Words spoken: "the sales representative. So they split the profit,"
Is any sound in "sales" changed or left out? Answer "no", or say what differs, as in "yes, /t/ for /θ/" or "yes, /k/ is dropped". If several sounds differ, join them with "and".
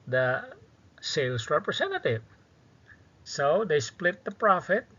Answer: yes, /s/ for /z/